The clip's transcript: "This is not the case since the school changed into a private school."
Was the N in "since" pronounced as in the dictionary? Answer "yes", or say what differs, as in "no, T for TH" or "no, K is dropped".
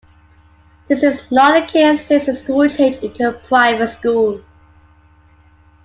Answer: no, N is dropped